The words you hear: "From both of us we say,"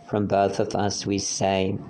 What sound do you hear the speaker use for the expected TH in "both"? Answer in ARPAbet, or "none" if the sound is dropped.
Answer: TH